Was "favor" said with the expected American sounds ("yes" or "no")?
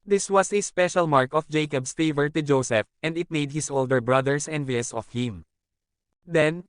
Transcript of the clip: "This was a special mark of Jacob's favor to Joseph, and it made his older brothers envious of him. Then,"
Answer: yes